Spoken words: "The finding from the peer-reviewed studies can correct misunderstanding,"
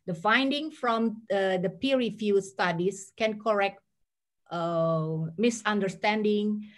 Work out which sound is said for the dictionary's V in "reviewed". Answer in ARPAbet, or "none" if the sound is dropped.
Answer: F